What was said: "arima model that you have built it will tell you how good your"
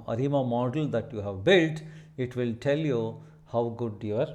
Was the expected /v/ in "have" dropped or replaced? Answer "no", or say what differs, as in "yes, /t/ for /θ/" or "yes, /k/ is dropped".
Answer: no